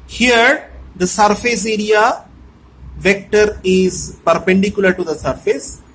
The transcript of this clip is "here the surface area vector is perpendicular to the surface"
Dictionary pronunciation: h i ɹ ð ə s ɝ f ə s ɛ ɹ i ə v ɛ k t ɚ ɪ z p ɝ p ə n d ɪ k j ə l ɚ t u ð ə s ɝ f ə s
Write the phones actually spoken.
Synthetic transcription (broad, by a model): h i ɹ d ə s ɝ f ə s ɛ ɹ i ə v ɛ k t ɚ ɪ z p ɝ p ə n d ɪ k j ə l ɚ t u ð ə s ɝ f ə s